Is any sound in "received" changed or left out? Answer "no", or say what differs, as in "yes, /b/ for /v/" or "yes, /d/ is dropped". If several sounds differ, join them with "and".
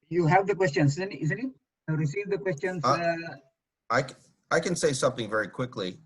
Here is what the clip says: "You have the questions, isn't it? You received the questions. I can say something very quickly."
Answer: no